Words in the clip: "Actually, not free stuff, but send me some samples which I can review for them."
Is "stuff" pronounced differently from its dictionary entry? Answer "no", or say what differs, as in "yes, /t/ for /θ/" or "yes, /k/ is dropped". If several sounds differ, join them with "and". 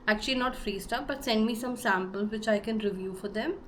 yes, /p/ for /f/